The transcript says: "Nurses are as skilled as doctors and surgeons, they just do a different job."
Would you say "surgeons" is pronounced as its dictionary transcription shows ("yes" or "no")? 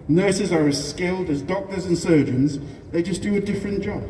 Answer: yes